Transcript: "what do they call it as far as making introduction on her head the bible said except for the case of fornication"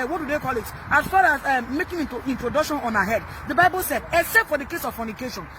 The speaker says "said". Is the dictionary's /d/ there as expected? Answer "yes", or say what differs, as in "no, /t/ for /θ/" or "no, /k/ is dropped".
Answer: yes